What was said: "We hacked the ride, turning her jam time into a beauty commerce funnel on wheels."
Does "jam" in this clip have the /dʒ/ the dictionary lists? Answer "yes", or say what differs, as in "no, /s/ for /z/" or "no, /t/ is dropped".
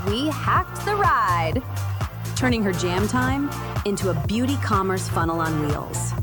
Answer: yes